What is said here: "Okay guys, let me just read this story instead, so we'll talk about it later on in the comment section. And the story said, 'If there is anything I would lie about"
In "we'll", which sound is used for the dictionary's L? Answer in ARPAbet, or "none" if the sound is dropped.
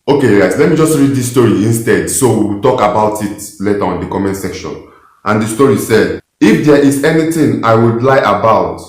W